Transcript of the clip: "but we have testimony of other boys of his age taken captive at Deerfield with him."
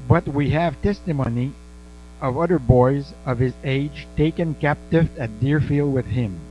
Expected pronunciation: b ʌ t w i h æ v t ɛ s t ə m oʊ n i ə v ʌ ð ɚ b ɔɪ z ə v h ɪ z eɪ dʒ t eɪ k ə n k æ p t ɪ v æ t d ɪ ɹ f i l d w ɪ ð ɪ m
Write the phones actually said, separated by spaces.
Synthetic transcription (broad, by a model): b ʌ t w i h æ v t ɛ s t ə m oʊ n i ə v ʌ ð ɚ b ɔɪ z ə v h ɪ z eɪ dʒ t eɪ k ə n k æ p t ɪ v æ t d ɪ ɹ f i l d w ɪ ð ɪ m